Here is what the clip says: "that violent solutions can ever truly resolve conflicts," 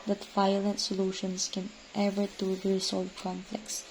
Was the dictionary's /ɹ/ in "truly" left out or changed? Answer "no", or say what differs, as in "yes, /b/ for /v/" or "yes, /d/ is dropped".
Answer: yes, /ɹ/ is dropped